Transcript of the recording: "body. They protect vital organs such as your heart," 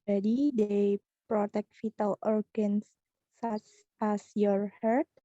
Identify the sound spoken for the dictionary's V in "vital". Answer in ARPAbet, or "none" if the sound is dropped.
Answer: F